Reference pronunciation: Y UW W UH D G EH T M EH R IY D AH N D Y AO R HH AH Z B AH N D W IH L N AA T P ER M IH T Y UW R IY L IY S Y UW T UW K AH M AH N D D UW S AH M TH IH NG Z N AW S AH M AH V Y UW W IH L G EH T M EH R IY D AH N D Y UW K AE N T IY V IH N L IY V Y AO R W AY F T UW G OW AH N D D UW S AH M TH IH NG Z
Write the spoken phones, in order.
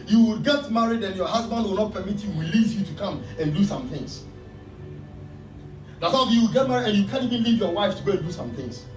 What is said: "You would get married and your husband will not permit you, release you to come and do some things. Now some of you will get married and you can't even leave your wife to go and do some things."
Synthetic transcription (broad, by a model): Y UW W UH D G EH T M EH R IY D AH N Y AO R HH AH Z B AH N D W IH L N AA T P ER M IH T Y UW W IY L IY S Y UW T UW K AH M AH N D D UW S AH M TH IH NG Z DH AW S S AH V Y UW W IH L G EH T M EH R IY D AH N Y UW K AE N IY V IH N L IY V Y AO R W AY F T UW G OW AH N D D UW S AH M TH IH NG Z